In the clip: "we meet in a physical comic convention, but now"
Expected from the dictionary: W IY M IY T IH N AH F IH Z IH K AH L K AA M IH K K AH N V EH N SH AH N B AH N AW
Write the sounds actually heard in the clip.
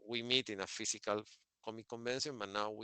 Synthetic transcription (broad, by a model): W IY M IY T IH N AH F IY S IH K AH L K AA M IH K K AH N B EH N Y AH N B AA N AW